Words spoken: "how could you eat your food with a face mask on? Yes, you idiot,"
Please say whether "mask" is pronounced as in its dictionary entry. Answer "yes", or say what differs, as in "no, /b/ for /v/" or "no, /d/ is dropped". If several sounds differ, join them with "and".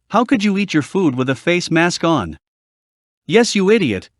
yes